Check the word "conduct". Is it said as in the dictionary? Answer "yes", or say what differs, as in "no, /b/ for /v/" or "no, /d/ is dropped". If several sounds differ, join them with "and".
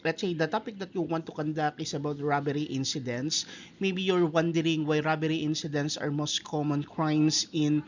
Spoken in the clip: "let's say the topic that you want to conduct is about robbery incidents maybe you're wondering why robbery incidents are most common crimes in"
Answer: no, /t/ is dropped